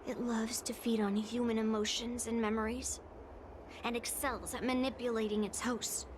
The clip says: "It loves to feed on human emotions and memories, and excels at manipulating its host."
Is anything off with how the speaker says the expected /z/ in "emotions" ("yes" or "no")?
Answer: no